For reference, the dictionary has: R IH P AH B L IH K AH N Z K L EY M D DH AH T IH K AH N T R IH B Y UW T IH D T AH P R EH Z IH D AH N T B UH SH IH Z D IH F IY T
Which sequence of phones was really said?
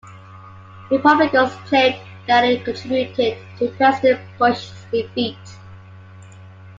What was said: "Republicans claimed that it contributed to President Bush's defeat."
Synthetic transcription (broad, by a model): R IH P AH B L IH K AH Z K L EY D DH AH T IH K AH N T R IH B Y UW T IH D T AH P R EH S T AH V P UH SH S D IH F IY T